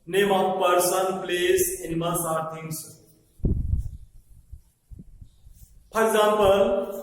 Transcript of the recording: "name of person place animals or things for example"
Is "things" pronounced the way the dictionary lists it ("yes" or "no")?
no